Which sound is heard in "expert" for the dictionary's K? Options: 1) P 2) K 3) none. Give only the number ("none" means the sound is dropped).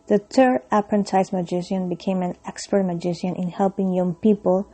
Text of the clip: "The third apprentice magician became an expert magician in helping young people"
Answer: 2